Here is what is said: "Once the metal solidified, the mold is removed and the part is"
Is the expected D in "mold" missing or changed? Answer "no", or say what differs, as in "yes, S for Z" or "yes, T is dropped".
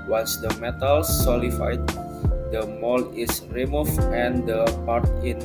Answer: yes, D is dropped